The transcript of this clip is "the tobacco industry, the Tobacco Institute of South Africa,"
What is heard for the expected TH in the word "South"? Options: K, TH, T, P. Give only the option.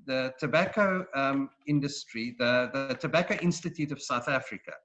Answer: TH